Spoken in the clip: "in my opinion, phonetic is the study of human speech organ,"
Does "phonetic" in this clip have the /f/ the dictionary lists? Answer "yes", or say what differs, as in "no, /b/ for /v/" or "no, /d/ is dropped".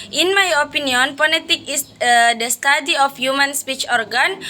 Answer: no, /p/ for /f/